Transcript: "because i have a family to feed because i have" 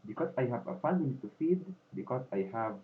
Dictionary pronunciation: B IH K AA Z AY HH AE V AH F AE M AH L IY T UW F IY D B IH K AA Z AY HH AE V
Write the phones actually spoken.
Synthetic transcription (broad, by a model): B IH K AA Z AY HH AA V AH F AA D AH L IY T UW F IY D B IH K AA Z AY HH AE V